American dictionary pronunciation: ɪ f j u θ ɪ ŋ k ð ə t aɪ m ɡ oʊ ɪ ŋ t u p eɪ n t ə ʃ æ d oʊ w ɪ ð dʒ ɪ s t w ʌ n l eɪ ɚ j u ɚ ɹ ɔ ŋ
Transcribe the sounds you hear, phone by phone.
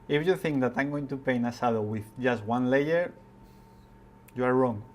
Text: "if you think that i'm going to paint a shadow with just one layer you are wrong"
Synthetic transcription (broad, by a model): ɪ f j u θ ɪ ŋ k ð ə t aɪ m ɡ oʊ ɪ ŋ t u p eɪ n ə s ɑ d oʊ w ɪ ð dʒ ɪ s t w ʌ n l eɪ ɚ j u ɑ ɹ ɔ ŋ